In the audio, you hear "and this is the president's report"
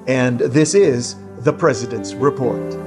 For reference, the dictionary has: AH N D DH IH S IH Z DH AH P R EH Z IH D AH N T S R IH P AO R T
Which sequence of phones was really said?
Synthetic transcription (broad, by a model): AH N DH IH S IH Z DH AH P R EH Z IH D AH N T S R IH P AO R T